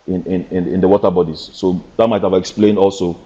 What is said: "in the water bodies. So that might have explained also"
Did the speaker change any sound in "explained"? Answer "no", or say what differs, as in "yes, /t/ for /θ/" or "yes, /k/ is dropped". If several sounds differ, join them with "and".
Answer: no